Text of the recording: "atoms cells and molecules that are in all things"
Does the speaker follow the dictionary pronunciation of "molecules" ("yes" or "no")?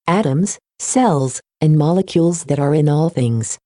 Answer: yes